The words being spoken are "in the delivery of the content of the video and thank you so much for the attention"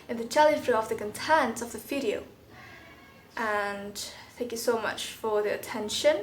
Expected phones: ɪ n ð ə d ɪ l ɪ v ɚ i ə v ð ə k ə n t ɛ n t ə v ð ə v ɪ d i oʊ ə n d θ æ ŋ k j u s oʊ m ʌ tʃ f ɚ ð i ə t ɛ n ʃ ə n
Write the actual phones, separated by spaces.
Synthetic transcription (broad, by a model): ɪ n ð ə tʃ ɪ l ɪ f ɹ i ə v ð ə k ə n t ɛ n t ə v ð ə f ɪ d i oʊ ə n θ æ ŋ k j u s oʊ m ʌ tʃ f ɚ ð i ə t ɛ n ʃ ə n